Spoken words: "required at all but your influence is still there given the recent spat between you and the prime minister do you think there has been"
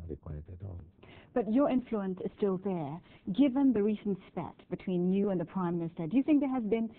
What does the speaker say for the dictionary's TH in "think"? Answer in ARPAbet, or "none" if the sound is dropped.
TH